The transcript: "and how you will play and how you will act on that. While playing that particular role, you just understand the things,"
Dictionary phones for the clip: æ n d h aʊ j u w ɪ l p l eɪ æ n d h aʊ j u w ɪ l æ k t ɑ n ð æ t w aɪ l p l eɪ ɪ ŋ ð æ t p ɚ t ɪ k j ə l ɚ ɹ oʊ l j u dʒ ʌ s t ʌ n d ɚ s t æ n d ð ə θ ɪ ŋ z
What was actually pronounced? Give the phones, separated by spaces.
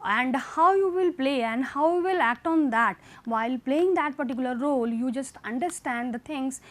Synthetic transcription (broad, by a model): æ n d h aʊ j u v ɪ l p l eɪ æ n d h aʊ j u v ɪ l æ k t ɑ n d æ t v aɪ l p l eɪ ɪ ŋ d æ t p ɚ t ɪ k j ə l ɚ ɹ oʊ l j u dʒ ʌ s t ʌ n d ɚ s t æ n d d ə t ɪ ŋ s